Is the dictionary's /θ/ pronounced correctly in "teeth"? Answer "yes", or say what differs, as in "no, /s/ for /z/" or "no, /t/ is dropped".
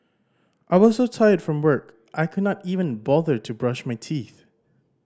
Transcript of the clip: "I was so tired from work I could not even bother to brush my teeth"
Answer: yes